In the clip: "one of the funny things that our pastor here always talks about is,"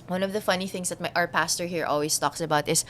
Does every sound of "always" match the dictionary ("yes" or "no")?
no